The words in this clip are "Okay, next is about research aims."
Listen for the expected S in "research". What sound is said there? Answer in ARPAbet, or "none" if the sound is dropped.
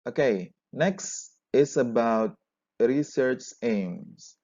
S